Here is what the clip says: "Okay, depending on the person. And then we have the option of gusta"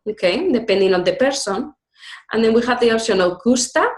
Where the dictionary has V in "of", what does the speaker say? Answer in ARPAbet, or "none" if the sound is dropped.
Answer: W